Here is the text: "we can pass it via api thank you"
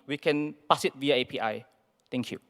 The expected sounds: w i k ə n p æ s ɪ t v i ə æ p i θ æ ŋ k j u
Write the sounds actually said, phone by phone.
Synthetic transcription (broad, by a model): w i k ə n p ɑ s ɪ t v i ə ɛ p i t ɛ ŋ k j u